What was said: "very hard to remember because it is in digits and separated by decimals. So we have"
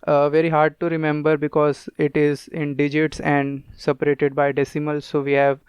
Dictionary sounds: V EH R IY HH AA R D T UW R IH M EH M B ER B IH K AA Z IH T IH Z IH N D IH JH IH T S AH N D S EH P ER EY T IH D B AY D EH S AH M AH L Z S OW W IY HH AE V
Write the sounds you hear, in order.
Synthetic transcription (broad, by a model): V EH R IY HH AA R D T UW R IH M EH M B ER B IH K AA Z IH T IH Z IH N D IH JH IH T S AH N D S EH P ER EY T IH D B AY D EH S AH M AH L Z S OW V IY HH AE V